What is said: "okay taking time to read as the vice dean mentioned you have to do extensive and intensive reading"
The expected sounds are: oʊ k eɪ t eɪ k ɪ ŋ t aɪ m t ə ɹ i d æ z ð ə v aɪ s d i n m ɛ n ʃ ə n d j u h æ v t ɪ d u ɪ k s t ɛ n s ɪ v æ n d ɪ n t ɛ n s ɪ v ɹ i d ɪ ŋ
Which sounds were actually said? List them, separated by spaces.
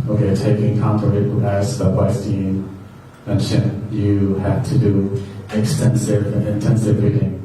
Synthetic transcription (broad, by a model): oʊ k eɪ t eɪ k ɪ ŋ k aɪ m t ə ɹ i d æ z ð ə p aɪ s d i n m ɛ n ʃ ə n j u h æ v t ɪ d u ɪ k s t ɛ n s ɪ v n ɪ n t ɛ n s ɪ v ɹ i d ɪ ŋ